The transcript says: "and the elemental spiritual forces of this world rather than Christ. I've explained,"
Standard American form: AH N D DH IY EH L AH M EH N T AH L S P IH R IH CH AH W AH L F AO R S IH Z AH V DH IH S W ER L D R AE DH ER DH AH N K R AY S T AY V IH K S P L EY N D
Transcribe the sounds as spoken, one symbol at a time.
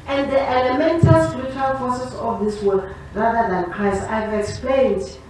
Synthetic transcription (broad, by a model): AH N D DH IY EH L AH M EH N T AH L S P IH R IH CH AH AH L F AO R S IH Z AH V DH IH S W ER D R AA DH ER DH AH N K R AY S AY V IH K S P L EY N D